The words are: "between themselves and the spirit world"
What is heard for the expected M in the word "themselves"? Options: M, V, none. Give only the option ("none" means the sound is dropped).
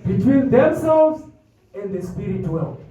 M